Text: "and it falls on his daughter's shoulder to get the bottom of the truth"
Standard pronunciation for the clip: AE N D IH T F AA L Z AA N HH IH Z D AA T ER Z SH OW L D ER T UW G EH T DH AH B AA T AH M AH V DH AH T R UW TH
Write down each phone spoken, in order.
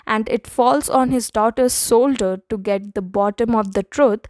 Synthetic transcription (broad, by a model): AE N D IH T F AA L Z AA N HH IH Z D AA T ER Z S OW L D ER T UW G EH T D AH B AA T AH M AH V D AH T R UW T